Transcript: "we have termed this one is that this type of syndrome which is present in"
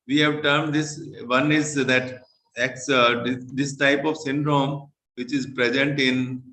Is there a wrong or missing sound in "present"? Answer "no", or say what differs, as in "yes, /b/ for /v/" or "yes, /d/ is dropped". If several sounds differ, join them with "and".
no